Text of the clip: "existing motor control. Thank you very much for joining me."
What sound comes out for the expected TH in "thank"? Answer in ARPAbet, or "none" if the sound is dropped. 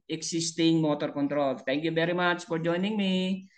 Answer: T